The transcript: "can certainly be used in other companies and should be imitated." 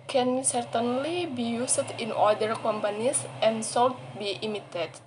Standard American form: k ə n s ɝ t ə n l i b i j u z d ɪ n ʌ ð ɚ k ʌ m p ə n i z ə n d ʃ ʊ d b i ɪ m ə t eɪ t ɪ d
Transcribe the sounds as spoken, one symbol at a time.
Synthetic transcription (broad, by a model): k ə n s ɝ t ə n l i b i j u s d ɪ n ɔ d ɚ k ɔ m p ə n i s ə n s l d b i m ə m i t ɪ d